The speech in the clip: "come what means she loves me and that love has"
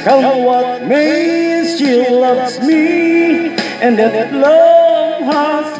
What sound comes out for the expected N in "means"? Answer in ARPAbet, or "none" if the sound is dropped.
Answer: none